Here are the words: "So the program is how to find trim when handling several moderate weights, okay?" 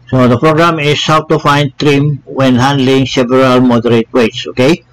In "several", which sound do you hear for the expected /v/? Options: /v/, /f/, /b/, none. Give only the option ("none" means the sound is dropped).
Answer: /b/